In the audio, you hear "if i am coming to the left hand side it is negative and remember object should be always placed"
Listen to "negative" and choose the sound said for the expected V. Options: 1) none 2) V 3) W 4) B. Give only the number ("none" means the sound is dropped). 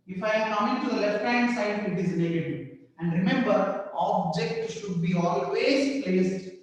1